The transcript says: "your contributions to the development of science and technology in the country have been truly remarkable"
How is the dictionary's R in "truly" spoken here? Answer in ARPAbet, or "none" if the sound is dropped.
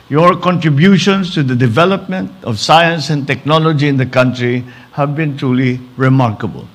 R